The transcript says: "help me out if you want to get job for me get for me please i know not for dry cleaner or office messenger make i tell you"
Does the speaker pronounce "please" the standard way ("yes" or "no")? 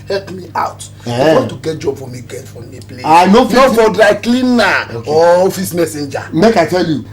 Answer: no